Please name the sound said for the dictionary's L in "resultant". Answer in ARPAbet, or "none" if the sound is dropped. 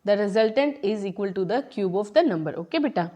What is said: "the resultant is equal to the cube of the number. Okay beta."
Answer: L